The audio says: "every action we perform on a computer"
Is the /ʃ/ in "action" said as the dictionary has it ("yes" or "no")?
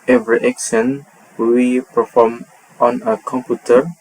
no